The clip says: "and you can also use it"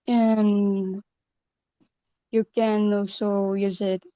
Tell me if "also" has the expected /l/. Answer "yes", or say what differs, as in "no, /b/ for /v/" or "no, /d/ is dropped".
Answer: no, /l/ is dropped